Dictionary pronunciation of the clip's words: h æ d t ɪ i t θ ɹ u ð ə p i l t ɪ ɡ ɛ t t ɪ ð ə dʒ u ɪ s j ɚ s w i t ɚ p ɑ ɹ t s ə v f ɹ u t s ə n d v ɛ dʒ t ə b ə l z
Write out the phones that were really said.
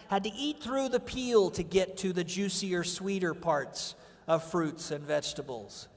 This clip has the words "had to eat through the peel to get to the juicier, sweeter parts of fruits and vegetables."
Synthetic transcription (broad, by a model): h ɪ d t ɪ i t θ ɹ u ð ə p i l t ɪ ɡ ɛ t t ɪ ð ə dʒ u s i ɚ s w i t ɚ p ɑ ɹ t s ə v f ɹ u t s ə n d v ɛ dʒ t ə b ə l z